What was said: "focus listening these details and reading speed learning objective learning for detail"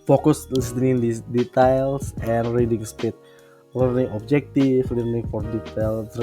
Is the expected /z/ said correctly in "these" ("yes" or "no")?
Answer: no